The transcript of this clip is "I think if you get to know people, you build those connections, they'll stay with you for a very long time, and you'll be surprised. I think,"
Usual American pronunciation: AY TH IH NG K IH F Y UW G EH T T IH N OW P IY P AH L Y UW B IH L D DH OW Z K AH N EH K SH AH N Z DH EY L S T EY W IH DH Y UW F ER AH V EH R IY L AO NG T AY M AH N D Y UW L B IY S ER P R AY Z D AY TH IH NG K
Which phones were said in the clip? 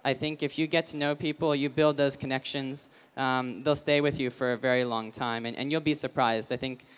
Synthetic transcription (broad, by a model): AY TH IH NG K IH F Y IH G EH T T IH N OW P IY P L Y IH B IH L D DH OW Z K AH N EH K SH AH N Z DH EY L S T EY W IH DH Y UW F ER AH V EH R IY L AO NG T AY M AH N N Y UW L B IY S ER P R AY Z D AY TH IH NG K